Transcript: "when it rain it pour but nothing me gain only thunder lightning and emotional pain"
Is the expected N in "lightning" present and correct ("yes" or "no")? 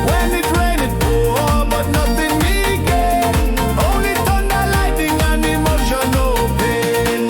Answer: no